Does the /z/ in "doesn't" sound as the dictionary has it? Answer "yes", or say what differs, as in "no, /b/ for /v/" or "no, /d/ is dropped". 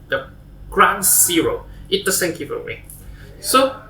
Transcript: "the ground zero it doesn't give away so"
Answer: no, /s/ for /z/